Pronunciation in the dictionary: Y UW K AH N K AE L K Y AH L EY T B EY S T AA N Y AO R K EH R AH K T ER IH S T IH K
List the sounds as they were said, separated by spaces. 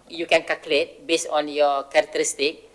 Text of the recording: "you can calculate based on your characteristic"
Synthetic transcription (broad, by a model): Y UW K AH N K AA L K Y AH L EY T B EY S AA N Y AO K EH R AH K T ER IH S T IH K